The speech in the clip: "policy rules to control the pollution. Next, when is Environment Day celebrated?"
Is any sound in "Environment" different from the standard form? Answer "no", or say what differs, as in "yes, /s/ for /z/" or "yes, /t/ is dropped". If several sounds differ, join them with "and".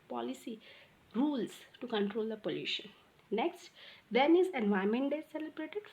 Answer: yes, /ɹ/ is dropped and /n/ is dropped